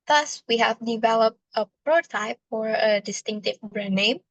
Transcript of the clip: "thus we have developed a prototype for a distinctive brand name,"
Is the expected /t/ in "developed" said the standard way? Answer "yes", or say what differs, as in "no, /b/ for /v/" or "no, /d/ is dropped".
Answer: yes